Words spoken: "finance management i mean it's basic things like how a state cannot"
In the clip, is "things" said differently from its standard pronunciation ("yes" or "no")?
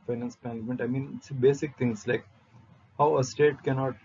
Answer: yes